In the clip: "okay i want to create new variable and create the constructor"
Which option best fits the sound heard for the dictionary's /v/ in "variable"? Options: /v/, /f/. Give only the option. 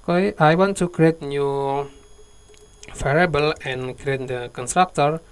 /f/